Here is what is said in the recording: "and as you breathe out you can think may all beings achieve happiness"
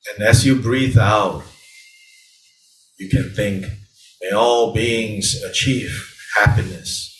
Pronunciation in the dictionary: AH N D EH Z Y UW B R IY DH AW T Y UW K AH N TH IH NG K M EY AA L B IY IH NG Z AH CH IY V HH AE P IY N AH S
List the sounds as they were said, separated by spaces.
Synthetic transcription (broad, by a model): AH N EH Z Y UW B R IY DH AW T Y UW K AH N TH IH NG K M EY AA L B IY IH NG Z AH CH IY V HH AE P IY N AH S